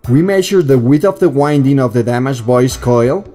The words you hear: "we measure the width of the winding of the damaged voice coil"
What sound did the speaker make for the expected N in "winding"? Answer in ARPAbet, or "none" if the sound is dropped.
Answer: N